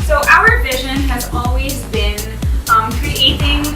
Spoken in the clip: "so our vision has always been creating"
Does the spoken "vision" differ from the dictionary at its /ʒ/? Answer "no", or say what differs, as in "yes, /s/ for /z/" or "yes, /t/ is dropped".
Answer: no